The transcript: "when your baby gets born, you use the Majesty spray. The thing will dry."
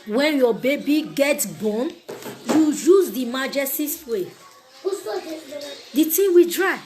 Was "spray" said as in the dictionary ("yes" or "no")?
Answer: no